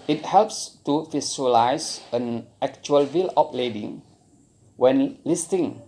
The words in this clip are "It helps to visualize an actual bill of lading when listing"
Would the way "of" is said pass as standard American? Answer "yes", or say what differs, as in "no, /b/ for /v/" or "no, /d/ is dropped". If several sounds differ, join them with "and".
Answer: no, /p/ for /v/